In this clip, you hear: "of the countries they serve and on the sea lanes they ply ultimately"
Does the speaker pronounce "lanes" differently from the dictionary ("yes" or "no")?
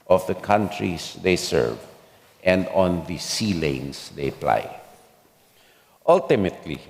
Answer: yes